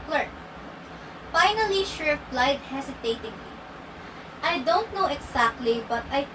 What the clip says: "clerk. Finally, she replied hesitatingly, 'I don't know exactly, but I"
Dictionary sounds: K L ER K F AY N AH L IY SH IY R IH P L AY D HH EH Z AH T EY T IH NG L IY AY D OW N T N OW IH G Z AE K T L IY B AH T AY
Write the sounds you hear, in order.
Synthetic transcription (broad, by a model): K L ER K F AY N AH L IY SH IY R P L AY D HH EH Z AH T EY T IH NG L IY AY D OW N T N OW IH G S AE K T L IY B AH T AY